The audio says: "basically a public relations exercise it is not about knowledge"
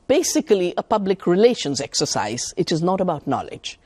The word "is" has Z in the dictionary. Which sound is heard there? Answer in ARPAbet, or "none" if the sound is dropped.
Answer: Z